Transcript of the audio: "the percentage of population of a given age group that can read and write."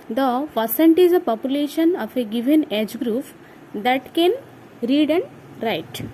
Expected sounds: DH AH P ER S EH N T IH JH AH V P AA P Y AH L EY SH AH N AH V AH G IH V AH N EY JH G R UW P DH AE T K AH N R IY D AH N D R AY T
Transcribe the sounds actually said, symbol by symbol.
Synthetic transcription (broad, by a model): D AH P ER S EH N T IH Z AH P AA P Y AH L EY SH AH N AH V AH G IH V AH N EY JH G R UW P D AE T K AH N R IY D AH N D R AY T